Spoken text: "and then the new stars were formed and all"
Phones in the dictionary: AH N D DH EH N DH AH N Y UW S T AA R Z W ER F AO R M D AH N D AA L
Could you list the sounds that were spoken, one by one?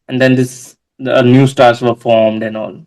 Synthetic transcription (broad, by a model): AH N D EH N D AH N Y UW S T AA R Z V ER F AO R M D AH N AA L